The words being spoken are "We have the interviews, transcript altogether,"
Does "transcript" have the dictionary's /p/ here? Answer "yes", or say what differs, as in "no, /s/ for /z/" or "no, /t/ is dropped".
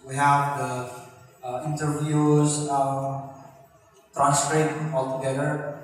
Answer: no, /p/ is dropped